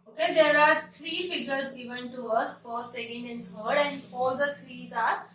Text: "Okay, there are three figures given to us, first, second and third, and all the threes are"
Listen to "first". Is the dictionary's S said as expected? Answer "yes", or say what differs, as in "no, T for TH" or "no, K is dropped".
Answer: no, S is dropped